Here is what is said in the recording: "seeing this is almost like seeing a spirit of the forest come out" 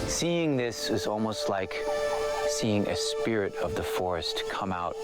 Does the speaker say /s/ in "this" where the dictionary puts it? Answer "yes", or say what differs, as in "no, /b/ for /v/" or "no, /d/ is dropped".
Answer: yes